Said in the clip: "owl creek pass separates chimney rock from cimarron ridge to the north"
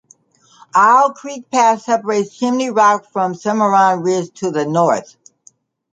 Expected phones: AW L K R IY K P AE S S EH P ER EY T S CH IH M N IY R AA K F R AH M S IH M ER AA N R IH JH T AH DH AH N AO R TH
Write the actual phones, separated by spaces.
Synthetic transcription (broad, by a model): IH L K R IY K P AE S S EH P ER EY T S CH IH M N IY R AA K F R AH M S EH M ER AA N R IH Z T AH DH AH N AO R TH